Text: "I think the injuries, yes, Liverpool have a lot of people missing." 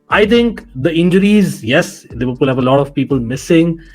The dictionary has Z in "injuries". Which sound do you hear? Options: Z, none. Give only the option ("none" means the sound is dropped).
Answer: Z